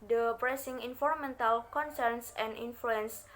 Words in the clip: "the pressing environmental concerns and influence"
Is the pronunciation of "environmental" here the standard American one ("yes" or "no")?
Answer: no